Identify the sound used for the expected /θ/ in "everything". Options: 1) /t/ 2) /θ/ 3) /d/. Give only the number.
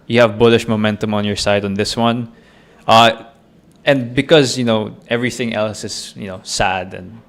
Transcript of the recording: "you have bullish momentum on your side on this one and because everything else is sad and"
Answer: 2